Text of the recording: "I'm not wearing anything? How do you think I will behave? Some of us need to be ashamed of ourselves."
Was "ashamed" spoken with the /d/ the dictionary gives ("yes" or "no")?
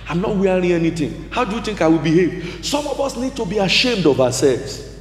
yes